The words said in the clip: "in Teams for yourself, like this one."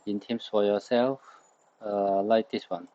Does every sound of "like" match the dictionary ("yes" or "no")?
yes